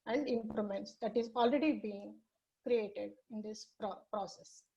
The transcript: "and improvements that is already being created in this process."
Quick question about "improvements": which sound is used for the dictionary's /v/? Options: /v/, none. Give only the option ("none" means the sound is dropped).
none